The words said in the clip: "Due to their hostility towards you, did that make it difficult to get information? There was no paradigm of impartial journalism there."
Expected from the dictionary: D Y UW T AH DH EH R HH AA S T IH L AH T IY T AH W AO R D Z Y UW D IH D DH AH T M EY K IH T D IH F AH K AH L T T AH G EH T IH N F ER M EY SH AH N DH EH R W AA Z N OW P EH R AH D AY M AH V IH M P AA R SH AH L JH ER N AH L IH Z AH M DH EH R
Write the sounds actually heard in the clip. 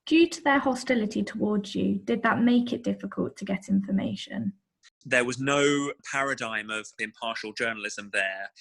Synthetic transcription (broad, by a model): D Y UW T AH DH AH HH AA S T IH L AH T IY T AH W AO D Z Y UW D IH D DH AH T M EY K IH T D IH F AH K AH L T T AH G EH T IH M F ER M EY SH AH N DH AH W AA Z N OW P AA R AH D AY M AH V IH M P AA SH AH L JH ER N AH L IH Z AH M DH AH